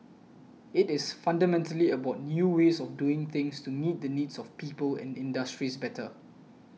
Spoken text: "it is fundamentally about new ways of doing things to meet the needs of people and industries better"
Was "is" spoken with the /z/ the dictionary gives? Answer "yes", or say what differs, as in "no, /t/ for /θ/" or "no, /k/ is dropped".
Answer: no, /s/ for /z/